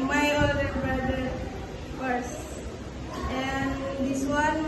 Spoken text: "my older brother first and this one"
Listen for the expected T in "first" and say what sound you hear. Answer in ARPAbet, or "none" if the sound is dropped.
none